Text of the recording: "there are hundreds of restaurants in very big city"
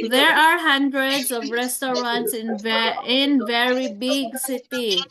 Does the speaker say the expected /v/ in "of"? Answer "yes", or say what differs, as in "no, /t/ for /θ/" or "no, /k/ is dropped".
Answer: yes